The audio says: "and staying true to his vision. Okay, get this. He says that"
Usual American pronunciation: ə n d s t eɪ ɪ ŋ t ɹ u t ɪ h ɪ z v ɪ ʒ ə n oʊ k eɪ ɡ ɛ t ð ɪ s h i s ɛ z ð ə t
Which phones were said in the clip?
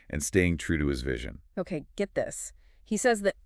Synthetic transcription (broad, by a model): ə n s t eɪ ɪ ŋ t ɹ u t ɪ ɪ z v ɪ ʒ ə n oʊ k eɪ ɡ ɛ t ð ɪ s h i s ɛ z ð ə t